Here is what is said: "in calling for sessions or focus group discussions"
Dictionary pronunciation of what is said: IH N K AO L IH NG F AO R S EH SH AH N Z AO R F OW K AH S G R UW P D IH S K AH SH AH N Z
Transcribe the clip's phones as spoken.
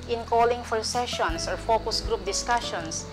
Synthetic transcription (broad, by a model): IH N K AO L IH NG F AO R S EH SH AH N S AO R F OW K AH S G R UW P D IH S K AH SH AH N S